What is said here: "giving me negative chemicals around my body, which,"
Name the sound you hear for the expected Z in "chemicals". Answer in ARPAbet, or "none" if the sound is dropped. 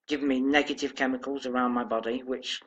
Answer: Z